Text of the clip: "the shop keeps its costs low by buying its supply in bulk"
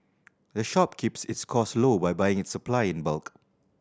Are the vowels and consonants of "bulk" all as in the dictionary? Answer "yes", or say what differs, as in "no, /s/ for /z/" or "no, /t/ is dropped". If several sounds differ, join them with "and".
yes